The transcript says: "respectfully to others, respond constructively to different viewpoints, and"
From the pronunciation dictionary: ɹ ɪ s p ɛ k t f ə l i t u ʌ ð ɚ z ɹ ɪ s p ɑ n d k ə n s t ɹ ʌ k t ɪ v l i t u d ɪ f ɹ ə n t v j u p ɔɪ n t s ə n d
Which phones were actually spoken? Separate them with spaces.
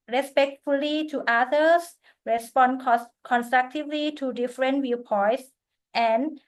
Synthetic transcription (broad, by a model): ɹ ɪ s p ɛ k t f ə l i t u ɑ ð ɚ s ɹ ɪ s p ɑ n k k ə n s t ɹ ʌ k t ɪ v l i t u d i f ɹ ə n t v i p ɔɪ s t ə n